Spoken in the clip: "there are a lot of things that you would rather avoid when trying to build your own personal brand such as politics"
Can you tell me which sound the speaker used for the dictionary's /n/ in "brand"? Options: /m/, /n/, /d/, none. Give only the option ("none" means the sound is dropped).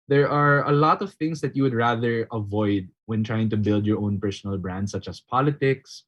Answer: /n/